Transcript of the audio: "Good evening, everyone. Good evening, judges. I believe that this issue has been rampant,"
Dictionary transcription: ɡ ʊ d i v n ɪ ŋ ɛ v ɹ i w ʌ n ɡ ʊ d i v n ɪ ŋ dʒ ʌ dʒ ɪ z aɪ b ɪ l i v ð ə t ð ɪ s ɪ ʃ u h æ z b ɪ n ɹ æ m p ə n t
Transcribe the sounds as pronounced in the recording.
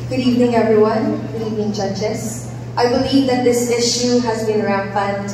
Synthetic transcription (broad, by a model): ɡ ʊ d i v n ɪ ŋ ɛ v ɹ i w ʌ n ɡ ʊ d i v n ɪ ŋ dʒ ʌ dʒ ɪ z aɪ b ɪ l i v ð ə t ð ɪ s ɪ ʃ u h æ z b ɪ n ɹ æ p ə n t